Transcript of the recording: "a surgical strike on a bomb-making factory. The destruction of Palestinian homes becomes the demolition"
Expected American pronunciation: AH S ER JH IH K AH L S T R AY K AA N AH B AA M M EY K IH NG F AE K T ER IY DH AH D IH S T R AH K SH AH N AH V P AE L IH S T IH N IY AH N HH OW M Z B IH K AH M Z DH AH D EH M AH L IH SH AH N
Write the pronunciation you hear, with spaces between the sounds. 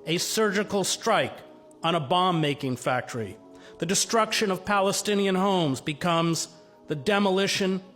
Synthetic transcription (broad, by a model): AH S ER JH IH K L S T R AY K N AH B AA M M EY K IH NG F AE K T ER IY DH AH D IH S T R AH K SH AH N AH V P AE L IH S T IH N IY AH N HH OW M Z B IH K AH M Z DH AH D EH M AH L IH SH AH N